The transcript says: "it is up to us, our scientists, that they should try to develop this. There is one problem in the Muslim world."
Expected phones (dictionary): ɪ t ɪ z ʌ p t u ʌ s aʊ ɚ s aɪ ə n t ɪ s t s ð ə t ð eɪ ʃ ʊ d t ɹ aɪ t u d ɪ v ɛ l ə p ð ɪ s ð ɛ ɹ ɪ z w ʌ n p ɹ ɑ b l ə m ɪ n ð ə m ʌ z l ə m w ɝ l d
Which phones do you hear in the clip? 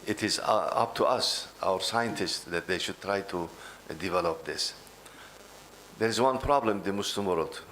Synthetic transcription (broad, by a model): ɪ t ɪ z ʌ p t u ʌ s aʊ ɚ s aɪ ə n t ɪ s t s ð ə t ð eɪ ʃ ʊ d t ɹ aɪ t u d ɪ v ɛ l ə p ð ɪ s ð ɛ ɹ ɪ z w ʌ n p ɹ ɑ b l ə m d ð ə m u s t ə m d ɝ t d